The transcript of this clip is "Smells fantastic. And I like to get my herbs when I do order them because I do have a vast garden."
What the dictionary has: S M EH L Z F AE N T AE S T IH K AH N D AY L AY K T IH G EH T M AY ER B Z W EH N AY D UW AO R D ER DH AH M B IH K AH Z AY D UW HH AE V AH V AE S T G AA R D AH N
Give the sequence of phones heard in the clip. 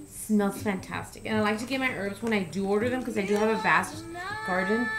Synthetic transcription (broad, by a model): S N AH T F AE N T AE S T IH K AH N AY L AY K T IH G EH T M AY ER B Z W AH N AY D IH AO R D ER DH AH M K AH Z AY D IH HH V AH V AE S T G AA R D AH N